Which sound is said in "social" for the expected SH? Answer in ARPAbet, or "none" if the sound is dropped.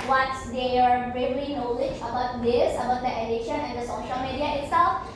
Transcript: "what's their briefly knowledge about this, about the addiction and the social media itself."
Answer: SH